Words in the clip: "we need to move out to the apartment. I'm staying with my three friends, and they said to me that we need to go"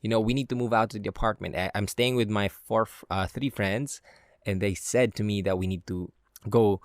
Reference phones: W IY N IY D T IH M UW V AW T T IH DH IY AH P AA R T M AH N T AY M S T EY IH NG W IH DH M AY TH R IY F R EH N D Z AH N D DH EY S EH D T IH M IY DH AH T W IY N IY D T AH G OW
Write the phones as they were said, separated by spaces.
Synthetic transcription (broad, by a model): W IY N IY D T IH M UW V AW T T IH DH IY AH P AA R T M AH N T AY M S T EY IH NG W IH DH M AY TH R IY F R EH N D Z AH N DH EY S EH D T IH M IY DH AH T W IY N IY D T AH G OW